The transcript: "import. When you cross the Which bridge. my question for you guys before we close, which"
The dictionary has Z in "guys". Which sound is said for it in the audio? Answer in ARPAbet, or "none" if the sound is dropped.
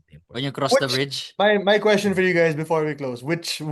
Z